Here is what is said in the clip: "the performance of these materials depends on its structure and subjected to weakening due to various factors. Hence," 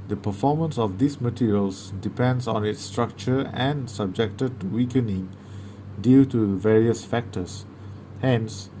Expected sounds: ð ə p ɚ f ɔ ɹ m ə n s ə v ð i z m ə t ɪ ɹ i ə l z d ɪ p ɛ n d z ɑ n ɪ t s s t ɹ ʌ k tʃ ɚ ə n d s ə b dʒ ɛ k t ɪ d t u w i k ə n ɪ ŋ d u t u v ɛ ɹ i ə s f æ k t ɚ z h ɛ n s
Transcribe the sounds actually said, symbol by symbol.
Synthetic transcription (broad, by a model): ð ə p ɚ f ɔ m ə n s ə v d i s m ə t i ɹ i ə l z d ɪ p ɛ n d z ɑ n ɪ t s s t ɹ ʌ k tʃ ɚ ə n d s ə b dʒ ɛ k t ɪ d t u w i k ə n ɪ ŋ d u t u v ɛ ɹ i ə s f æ k t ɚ s h ɛ n s